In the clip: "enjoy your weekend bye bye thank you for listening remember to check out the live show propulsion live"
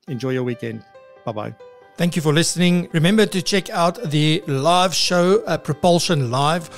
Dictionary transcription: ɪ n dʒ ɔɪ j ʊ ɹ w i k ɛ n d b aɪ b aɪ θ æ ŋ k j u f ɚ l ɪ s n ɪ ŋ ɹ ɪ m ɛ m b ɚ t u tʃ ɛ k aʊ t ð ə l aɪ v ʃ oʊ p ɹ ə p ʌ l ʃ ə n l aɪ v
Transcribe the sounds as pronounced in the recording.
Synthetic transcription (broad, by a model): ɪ n dʒ ɔɪ j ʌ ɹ w i k ɛ n d b aɪ b aɪ θ æ ŋ k j u f ɚ l ɪ s n ɪ ŋ ɹ ɪ m ɛ m b ɚ t u tʃ ɛ k aʊ t ð ə l aɪ v ʃ oʊ p ɹ ə p ʌ l ʃ ə n l aɪ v